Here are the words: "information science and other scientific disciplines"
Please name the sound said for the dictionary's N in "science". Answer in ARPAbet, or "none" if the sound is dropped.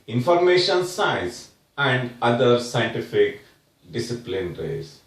none